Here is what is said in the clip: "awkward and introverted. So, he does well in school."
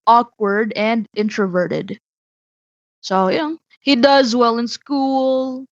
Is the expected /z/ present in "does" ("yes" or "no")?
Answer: yes